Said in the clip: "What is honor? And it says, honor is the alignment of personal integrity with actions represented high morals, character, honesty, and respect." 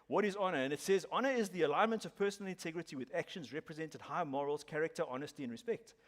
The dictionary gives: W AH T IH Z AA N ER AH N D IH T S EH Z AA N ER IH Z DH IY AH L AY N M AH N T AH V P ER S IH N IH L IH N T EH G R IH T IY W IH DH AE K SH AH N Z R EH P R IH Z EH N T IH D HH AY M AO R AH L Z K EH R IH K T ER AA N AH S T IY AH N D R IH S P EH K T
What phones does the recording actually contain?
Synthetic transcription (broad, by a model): W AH T IH Z AA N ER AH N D IH T S EH Z AA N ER IH Z DH IY AH L AY N M AH N T AH V P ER S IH N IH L IH N T EH G R IH T IY W IH DH AE K SH AH N Z R EH P R IH Z EH N T IH D HH AY M AO R AH L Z K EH R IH K T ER AA N AH S T IY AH N R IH S P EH K T